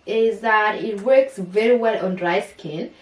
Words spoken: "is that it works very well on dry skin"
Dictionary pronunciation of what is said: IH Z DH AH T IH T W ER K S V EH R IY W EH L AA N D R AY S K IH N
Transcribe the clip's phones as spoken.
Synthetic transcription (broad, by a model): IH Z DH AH T IH T W ER K S V EH R IY W EH L AA N D R AY S K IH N